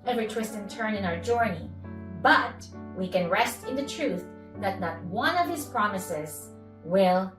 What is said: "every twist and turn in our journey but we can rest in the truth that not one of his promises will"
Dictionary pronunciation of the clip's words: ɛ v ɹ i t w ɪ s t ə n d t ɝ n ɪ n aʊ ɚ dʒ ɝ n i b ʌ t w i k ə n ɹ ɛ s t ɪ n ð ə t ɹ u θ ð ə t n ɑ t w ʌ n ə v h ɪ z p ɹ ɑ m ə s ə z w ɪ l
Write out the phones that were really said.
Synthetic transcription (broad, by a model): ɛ v ɹ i t w ɪ s t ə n t ɝ n ɪ n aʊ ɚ dʒ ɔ n i b ʌ t w i k ə n ɹ ɛ s t ɪ n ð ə t ɹ u θ ð ə t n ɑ t w ʌ n ə v h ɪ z p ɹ ɑ m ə s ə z w ɪ l